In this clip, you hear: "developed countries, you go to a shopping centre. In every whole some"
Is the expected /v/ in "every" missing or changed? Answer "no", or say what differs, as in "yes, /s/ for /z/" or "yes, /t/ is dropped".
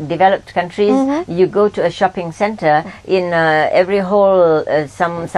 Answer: no